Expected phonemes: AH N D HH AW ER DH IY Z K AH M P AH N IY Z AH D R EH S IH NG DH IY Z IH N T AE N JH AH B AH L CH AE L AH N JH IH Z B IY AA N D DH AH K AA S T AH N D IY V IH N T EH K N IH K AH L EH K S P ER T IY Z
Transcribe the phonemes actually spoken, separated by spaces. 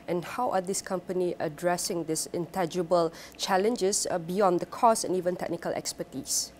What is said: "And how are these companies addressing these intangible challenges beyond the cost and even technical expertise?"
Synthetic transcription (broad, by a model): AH N HH AW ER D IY S K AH M P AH N IY AH D R EH S IH NG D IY S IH N T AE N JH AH B AH L CH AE L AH N JH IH S B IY AA N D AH K AA S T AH N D IY V IH N T EH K N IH K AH L EH K S P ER T IY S